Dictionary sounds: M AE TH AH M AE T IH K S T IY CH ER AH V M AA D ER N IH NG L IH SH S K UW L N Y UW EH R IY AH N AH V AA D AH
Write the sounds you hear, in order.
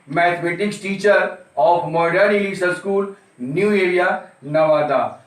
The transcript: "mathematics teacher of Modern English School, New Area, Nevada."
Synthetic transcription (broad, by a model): M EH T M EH T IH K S T IY CH ER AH F M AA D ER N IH L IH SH S K UW L N Y UW EH R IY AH N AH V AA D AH